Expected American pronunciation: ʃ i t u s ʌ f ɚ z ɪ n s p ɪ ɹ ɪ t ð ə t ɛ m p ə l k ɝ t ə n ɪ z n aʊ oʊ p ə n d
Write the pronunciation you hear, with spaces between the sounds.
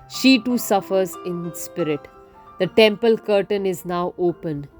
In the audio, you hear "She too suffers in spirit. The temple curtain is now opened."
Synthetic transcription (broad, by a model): ʃ i t u s ʌ f ɚ z ɪ n s p ɪ ɹ ɪ t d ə t ɛ m p ə l k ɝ t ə n ɪ z n aʊ oʊ p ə n